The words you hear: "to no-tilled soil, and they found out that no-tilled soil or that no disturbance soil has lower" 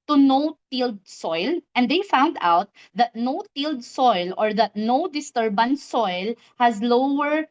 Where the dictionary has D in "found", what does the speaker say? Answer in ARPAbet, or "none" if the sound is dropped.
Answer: D